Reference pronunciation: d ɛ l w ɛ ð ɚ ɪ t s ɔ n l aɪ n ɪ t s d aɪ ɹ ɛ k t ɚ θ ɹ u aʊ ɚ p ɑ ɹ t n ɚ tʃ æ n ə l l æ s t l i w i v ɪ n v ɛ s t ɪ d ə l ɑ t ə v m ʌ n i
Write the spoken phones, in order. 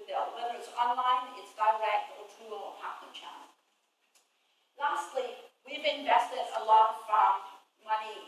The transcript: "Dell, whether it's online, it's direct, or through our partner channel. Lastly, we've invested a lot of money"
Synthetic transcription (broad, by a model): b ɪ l w ɛ ð ɚ ɪ t s ɔ n l aɪ n ɪ t s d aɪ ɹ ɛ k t ɚ t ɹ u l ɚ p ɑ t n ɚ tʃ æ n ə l l æ s t l i w i v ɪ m v ɛ s t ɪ d ə l ɑ t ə f m ʌ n i